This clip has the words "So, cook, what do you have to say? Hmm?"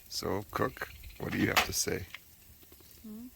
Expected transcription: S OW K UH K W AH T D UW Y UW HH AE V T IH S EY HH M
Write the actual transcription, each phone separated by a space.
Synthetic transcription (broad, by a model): S OW K UH K W AH T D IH Y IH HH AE F T IH S EY